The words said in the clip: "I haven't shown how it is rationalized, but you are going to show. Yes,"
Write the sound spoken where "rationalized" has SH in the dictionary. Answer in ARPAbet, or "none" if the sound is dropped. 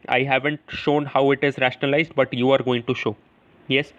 SH